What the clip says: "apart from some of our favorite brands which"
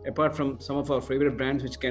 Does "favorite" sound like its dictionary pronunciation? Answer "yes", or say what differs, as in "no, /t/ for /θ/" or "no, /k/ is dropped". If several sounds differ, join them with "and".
yes